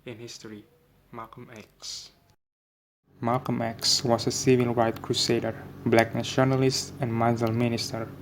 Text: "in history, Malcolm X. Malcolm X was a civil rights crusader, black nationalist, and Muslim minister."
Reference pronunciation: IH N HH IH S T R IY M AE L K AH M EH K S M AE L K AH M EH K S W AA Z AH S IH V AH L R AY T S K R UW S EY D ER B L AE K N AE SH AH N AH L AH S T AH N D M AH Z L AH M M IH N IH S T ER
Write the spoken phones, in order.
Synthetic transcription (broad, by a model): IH N HH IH S T R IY M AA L K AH M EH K S M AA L K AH M EH K S W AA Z AH S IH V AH L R AY T K R UW S EY D ER B L AE K N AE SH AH N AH L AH S T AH N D M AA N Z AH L M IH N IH S T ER